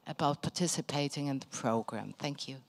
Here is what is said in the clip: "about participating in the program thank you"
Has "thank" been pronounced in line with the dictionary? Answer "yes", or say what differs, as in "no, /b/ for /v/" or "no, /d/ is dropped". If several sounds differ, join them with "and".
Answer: yes